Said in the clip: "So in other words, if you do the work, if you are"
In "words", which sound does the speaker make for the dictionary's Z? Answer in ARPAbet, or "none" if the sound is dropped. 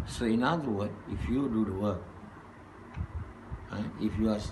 none